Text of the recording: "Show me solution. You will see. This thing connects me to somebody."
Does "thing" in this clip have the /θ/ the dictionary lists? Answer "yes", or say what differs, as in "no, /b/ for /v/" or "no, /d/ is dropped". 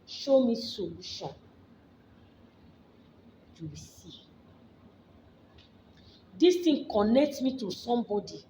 no, /t/ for /θ/